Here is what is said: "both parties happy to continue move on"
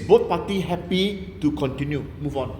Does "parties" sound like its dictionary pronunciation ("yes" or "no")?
no